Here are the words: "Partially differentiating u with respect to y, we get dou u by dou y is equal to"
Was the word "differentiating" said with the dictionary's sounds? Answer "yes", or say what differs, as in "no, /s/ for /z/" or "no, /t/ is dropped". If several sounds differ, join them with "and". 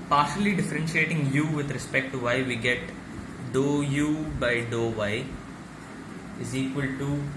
yes